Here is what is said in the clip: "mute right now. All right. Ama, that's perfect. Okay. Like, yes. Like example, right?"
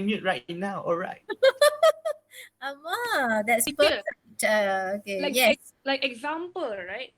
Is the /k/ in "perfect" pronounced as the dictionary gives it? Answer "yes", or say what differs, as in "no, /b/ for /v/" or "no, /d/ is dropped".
no, /k/ is dropped